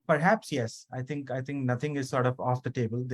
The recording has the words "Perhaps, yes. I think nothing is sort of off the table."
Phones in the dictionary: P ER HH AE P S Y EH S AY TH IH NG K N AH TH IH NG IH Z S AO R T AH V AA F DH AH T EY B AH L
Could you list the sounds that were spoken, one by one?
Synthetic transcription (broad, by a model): P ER HH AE P S Y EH S AY T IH NG K N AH T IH NG IH Z S AO R T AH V AA F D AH T EY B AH L